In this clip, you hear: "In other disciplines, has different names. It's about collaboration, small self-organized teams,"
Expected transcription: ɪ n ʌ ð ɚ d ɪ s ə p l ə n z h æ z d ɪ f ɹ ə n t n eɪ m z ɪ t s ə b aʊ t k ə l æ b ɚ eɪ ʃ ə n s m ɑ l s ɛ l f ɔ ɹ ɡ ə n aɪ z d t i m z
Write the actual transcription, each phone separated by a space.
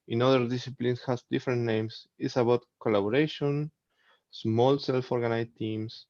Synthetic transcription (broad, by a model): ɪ n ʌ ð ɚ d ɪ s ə p l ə n s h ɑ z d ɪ f ɹ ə n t n eɪ m s ɪ t s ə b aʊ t k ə l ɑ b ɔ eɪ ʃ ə n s m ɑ l s ɛ l f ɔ ɹ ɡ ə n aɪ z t i m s